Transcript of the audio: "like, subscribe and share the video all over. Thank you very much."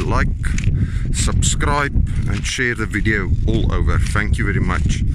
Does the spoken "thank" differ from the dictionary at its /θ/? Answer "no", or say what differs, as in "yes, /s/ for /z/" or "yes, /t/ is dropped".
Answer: no